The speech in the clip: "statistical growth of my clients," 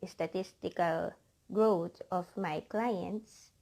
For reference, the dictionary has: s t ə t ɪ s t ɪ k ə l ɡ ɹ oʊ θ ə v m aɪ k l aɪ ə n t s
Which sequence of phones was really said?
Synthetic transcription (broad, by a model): s t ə t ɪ s t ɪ k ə l ɡ ɹ oʊ t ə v m aɪ k l aɪ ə n t s